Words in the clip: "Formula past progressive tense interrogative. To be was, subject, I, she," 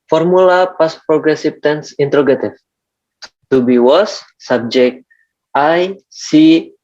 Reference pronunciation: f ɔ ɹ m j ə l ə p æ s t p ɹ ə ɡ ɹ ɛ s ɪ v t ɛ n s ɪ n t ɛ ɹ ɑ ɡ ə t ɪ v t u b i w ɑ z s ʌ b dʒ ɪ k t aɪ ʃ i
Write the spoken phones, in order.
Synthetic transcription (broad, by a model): f ɔ ɹ m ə l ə p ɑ s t p ɹ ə ɡ ɹ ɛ s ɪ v t ɛ n s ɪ n t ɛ ɹ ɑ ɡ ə t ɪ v t u b i w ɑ s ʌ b dʒ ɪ k t aɪ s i